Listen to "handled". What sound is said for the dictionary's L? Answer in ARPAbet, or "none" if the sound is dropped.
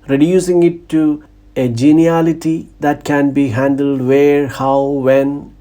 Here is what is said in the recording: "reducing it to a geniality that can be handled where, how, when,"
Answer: L